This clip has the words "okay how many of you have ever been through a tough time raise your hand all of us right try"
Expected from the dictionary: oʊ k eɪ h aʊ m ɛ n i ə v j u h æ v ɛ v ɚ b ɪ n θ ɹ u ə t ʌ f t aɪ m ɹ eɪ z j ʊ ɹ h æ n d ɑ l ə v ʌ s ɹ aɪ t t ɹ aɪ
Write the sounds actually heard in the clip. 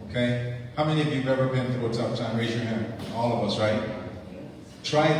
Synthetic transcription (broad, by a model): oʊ k eɪ h aʊ m ɛ n i ə v j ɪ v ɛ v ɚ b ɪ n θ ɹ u ə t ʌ p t aɪ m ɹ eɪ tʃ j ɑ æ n ɑ l ə v ʌ s ɹ aɪ t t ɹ aɪ